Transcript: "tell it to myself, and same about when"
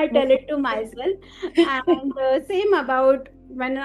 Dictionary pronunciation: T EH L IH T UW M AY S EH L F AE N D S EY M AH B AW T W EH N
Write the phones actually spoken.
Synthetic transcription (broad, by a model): T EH L IH T UW M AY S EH L AE N D S EY M AH B AW T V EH N